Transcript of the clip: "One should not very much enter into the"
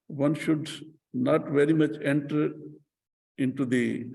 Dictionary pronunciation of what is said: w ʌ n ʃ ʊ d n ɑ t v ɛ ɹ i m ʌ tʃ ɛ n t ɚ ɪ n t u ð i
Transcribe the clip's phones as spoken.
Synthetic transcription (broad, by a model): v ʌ n ʃ ʊ d n ɑ t v ɛ ɹ i m ʌ tʃ ɛ n t ɚ ɪ n t u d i